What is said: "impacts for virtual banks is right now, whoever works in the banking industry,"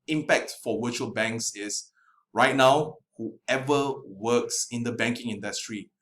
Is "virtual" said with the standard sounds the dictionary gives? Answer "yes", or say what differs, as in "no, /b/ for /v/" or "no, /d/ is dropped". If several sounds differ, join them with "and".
no, /w/ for /v/